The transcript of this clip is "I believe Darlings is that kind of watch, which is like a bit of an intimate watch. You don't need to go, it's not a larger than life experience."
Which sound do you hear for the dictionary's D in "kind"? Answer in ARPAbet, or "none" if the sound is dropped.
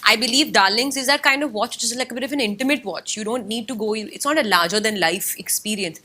D